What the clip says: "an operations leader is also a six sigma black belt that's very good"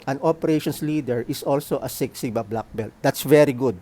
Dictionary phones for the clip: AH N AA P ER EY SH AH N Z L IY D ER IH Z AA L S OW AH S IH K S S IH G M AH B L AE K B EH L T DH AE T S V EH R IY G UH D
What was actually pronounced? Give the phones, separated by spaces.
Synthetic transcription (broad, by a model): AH N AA P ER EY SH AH N S L IY D ER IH S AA L S OW AH S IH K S S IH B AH B L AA K B EH L T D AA T S V EH R IY G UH D